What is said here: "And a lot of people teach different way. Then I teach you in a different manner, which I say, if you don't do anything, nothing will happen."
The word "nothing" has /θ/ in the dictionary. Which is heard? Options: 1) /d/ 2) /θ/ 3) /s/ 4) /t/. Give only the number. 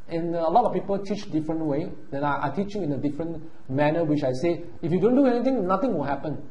4